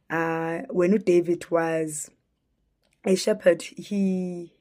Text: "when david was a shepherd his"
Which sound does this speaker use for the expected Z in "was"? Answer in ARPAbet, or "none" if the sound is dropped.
Z